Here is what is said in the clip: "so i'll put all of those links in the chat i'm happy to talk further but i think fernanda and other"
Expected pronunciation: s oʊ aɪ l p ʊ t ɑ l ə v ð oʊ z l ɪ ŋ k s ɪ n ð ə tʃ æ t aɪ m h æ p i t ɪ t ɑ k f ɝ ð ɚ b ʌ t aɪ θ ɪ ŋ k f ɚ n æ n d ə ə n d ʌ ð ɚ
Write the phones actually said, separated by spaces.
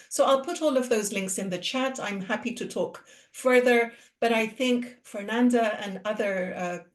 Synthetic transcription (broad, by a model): s oʊ aɪ l p ʊ t ɑ l ə v ð oʊ z l ɪ ŋ k s ɪ n ð ə tʃ æ t aɪ m h æ p i t ɪ t ɑ k f ɝ ð ɚ b ʌ t aɪ θ ɪ ŋ k f ɚ n æ n d ə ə n ʌ ð ɚ